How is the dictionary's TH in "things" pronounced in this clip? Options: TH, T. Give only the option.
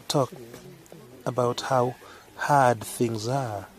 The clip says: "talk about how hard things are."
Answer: TH